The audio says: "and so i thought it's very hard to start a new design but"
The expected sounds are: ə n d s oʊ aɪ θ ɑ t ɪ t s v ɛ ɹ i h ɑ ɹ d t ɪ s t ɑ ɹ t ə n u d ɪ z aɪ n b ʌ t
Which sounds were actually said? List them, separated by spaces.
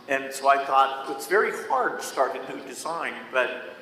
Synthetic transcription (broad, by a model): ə n s oʊ aɪ θ ɑ t ɪ t s v ɛ ɹ i h ɑ ɹ d t ɪ s t ɑ ɹ t ə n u d ɪ z aɪ n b ʌ t